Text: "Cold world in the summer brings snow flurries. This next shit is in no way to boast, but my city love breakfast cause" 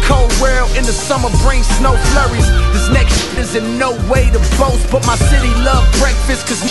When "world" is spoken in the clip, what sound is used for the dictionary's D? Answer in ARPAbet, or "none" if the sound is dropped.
none